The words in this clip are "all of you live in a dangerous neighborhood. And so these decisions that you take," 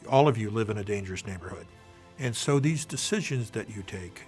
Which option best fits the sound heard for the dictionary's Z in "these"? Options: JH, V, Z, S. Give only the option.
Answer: Z